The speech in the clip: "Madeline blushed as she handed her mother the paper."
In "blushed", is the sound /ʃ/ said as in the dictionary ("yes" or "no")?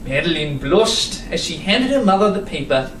no